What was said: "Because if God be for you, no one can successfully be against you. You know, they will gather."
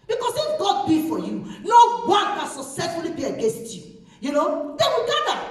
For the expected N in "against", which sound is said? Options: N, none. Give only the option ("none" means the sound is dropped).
N